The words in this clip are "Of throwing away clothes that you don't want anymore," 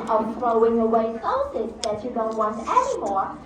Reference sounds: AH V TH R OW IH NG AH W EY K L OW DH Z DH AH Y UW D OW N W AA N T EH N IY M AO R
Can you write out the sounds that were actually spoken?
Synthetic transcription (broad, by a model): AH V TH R OW IH NG AH W EY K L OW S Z DH AH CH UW D OW N W AA N T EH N IY M AO R